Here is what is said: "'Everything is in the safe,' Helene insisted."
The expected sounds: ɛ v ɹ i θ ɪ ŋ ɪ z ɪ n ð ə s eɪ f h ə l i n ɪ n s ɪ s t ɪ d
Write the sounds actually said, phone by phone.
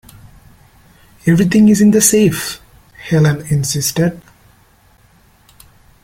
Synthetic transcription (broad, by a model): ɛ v ɹ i t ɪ ŋ ɪ z ɪ n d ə s eɪ f h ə l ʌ n ɪ n s ɪ s t ɪ d